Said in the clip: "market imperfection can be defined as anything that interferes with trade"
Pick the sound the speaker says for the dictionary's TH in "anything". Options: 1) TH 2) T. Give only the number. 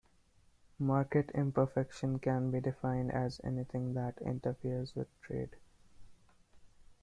2